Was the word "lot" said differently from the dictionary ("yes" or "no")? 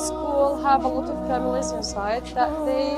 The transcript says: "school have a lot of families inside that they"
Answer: no